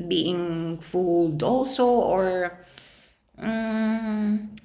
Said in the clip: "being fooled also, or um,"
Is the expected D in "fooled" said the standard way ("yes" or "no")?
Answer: yes